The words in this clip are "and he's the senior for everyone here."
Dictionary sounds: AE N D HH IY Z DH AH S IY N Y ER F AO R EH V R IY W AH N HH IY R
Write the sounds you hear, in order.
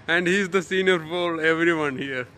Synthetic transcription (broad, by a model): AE N D HH IY Z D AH S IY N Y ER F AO L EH V R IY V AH N HH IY R